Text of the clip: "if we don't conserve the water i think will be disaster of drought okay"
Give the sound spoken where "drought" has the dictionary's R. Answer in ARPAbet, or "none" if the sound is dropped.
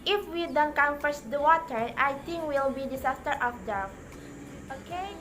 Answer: none